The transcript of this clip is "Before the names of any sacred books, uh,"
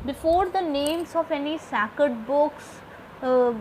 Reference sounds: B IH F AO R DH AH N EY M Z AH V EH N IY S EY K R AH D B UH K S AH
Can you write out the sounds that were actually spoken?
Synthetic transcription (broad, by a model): B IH F AO R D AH N EY M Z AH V EH N IY S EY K AH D B UH K S